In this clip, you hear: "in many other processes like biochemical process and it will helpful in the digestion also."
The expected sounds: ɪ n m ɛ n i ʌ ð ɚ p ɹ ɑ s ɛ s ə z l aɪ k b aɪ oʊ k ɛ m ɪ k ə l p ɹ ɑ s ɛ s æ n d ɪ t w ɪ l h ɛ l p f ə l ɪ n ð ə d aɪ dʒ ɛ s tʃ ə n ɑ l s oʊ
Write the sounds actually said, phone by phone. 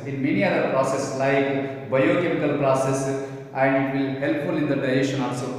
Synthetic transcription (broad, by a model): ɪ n m ɛ n i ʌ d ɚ p ɹ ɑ s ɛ s l aɪ k b aɪ oʊ k ɛ m ɪ k ə l p ɹ ɑ s ɛ s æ n d ɪ t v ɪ l h ɛ l p f ə l ɪ n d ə d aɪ ɛ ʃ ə n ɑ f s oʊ